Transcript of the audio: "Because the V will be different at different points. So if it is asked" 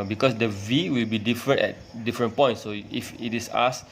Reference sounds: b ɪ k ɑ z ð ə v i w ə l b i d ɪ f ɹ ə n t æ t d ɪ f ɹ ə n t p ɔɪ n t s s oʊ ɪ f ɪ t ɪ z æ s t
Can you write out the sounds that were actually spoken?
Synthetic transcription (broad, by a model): b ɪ k ɑ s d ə v i w ə l b i d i f ɹ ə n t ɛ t d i f ɹ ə n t p ɔɪ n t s s oʊ ɪ f ɪ t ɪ s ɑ s